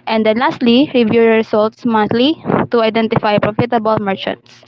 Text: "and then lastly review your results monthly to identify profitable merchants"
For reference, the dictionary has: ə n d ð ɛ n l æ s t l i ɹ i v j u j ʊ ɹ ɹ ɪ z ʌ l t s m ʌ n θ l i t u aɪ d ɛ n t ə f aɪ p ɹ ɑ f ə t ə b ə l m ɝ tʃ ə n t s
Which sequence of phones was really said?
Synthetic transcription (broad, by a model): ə n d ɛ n l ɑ s t l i ɹ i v j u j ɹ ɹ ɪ s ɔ l t s m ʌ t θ l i t u aɪ d ɛ n t ə f aɪ p ɹ ɑ f ə t ə b ə l m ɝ tʃ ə n t s